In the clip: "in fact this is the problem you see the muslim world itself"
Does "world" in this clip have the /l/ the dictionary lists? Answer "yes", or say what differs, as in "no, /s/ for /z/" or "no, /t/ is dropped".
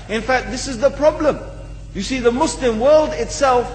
yes